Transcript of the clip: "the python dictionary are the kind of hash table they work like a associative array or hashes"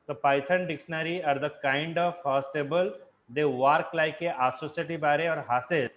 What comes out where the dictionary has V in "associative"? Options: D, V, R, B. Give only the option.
B